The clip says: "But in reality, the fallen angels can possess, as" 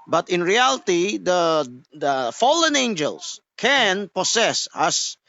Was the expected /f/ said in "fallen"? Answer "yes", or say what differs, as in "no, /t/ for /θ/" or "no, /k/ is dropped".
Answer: yes